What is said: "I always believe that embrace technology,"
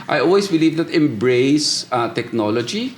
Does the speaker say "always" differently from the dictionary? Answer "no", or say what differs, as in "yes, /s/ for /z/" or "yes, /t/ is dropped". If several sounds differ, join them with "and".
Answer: yes, /s/ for /z/